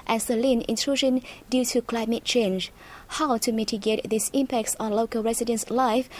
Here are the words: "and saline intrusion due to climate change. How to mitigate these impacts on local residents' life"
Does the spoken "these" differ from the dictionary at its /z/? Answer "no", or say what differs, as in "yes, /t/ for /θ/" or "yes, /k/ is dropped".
yes, /s/ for /z/